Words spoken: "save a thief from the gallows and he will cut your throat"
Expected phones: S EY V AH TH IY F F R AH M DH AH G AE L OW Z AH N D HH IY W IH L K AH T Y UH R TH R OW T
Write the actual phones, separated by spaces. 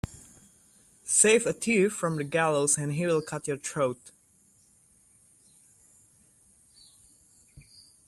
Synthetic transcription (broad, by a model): S EY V AH T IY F F R AH M DH AH G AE L OW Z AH N HH IY W IH L K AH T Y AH R T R OW T